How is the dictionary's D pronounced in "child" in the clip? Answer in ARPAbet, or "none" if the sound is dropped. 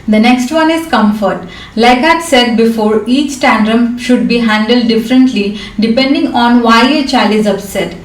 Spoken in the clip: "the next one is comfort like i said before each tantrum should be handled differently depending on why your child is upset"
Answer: none